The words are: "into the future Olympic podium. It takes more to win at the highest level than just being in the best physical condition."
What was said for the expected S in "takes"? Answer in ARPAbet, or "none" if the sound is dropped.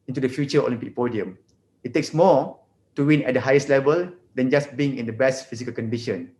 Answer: S